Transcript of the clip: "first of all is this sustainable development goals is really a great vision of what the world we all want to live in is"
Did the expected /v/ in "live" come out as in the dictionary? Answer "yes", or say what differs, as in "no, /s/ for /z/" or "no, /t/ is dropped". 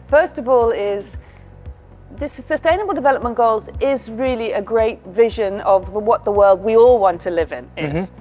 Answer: yes